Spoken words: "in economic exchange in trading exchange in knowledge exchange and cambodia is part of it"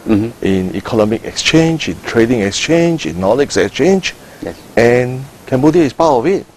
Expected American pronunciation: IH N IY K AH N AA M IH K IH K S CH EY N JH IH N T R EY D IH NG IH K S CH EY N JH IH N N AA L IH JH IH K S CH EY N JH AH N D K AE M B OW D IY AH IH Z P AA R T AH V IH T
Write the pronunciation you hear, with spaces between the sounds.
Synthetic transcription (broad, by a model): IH N IY K AH N AA M IH K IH K S CH EY N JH IH N T R EY D IH NG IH K S CH EY N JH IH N N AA L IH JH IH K S CH EY N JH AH N K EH M B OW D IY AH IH S P AA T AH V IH T